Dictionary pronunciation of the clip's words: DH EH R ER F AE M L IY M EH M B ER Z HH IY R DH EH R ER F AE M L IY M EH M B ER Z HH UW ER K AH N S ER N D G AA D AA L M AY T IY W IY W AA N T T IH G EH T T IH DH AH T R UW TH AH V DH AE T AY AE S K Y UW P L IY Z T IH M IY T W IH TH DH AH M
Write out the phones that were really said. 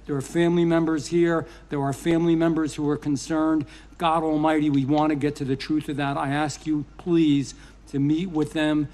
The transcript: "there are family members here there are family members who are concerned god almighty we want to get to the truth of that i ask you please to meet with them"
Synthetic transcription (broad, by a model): DH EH R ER F AE M L IY M EH M B ER Z HH IY R DH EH R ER F AE M L IY M EH M B ER Z HH UW ER K AH N S ER N D G AA D AA L M AY T IY W IY W AA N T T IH G EH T T IH DH AH T R UW TH AH V DH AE T AY AE S K Y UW P L IY Z T IH M IY T W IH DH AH M